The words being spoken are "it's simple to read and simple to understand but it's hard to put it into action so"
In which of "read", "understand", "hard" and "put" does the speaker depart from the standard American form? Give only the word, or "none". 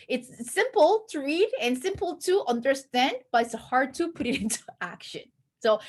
none